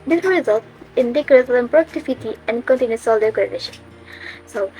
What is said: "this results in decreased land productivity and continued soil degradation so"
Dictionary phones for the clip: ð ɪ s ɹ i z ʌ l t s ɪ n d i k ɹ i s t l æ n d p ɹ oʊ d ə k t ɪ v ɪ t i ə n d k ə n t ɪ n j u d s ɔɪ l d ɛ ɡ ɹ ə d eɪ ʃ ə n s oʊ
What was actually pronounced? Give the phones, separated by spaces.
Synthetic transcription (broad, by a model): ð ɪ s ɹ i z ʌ l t ɪ n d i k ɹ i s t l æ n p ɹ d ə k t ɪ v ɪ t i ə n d k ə n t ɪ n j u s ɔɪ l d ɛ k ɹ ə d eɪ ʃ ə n s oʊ